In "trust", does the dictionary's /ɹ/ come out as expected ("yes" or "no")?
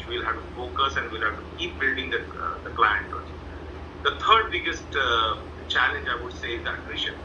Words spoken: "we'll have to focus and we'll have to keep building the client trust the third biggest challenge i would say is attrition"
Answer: no